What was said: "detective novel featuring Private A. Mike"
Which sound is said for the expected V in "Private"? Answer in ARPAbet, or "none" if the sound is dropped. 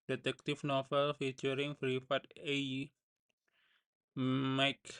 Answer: F